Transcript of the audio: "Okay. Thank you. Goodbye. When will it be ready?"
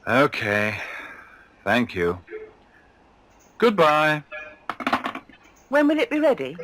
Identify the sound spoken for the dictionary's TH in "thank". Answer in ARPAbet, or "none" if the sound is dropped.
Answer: TH